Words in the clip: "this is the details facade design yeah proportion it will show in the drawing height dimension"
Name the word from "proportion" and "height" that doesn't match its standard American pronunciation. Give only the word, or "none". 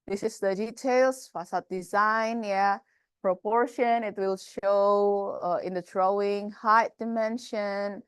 none